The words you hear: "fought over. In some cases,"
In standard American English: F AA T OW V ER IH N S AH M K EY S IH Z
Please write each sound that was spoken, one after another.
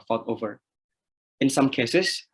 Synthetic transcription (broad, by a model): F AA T OW V ER IH N S AH M K EY S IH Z